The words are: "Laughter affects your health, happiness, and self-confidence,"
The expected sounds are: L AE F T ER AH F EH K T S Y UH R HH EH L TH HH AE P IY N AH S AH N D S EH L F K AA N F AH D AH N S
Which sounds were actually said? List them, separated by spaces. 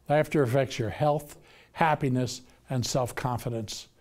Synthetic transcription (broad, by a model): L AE F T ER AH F EH K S Y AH R HH EH L TH HH AE P IY N AH S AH N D S EH L F K AA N F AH D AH N S